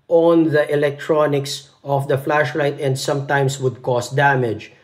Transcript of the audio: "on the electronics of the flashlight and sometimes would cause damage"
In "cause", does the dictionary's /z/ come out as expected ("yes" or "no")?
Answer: no